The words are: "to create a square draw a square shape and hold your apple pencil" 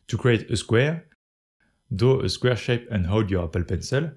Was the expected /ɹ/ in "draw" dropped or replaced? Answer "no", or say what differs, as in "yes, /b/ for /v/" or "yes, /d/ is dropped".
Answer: yes, /ɹ/ is dropped